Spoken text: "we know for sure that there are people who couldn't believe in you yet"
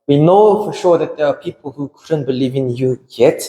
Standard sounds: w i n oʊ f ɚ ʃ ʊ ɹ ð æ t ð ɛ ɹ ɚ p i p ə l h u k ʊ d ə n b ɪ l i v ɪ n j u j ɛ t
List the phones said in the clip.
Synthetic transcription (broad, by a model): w i n oʊ f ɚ ʃ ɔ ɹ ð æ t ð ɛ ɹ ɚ p i p ə l h u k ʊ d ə n b ɪ l i v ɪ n j u j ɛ t